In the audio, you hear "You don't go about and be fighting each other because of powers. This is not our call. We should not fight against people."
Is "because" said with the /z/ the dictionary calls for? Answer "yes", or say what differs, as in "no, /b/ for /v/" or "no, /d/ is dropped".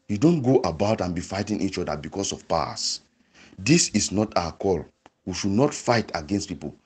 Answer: no, /s/ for /z/